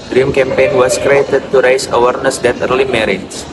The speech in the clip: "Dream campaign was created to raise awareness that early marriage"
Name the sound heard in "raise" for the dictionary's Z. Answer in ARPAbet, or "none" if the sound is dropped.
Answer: S